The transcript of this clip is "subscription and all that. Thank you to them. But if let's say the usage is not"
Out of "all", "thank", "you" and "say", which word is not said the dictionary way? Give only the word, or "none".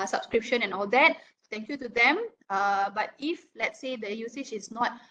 thank